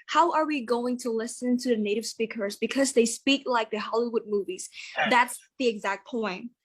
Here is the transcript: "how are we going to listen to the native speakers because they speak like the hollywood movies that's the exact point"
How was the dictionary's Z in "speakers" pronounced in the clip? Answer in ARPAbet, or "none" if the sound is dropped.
Z